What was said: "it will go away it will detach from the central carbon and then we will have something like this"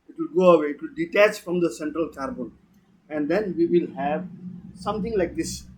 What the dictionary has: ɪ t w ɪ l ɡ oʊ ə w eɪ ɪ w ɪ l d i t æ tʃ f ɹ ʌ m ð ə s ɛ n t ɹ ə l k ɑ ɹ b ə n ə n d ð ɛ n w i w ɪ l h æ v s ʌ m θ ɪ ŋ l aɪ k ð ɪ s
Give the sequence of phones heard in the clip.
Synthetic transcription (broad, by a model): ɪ t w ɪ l ɡ oʊ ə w eɪ ɪ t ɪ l d i t æ tʃ f ɹ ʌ m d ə s ɛ n t ɹ ə l k ɑ ɹ b ə n ə n d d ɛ n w i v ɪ l h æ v s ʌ m t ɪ ŋ l aɪ k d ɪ s